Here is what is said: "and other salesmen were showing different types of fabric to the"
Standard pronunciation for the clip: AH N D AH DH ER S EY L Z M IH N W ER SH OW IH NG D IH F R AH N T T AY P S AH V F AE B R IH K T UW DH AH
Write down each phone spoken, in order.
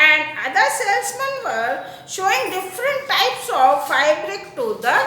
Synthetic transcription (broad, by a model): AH N D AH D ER S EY L S M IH N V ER SH OW IH NG D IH F R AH N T T AY P S AH V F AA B R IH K T UW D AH